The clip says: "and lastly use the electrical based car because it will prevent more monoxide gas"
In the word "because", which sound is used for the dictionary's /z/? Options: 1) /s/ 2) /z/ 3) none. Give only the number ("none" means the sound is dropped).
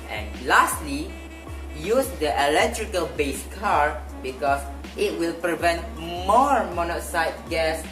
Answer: 1